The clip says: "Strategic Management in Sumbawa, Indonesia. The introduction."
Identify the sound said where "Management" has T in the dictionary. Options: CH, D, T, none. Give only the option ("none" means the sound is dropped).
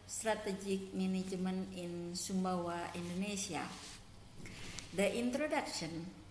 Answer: none